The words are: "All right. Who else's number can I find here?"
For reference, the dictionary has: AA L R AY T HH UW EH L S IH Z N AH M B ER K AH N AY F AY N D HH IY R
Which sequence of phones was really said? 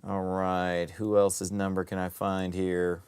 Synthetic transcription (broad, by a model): AA L R AY T HH UW EH L S IH Z N AH M B ER K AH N AY F AY N D HH IY R